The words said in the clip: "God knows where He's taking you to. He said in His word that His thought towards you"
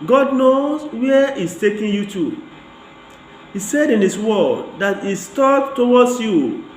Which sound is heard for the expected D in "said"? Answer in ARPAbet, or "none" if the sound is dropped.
D